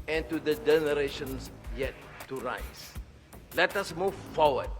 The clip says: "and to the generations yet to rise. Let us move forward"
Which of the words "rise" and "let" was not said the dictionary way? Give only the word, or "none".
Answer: rise